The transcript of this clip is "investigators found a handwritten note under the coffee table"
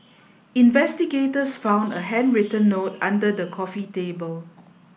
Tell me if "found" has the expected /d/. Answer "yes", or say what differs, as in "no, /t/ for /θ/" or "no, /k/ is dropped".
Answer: yes